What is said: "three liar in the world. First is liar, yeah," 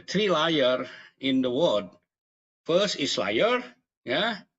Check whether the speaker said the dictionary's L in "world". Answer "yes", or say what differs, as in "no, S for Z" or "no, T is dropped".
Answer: no, L is dropped